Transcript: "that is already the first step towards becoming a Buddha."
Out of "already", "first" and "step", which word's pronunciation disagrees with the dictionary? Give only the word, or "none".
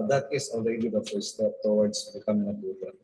first